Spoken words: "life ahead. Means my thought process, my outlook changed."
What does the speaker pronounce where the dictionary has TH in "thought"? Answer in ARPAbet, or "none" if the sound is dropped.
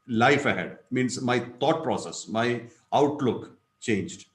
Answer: T